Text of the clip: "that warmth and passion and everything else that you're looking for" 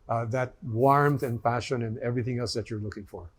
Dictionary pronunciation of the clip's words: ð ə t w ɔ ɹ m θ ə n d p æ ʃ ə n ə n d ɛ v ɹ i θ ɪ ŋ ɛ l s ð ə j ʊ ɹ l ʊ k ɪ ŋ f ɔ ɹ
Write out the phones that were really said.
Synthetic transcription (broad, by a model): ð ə t w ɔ ɹ m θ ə n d p æ ʃ ə n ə n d ɛ v ɹ i θ ɪ ŋ ɛ l s ð ə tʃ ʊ ɹ l ʊ k ɪ ŋ f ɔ ɹ